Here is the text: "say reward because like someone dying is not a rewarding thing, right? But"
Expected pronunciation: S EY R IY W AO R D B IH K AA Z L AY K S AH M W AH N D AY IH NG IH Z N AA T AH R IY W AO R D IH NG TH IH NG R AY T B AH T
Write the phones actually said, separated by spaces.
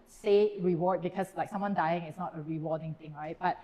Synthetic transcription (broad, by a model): S EY R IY W AO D B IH K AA S L AY K S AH M W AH N D AY IH NG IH S N AA T AH R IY W AO D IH NG T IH NG R AY T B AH T